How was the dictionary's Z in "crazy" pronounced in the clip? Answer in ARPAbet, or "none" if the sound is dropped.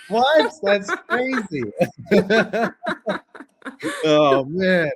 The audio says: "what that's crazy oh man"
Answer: Z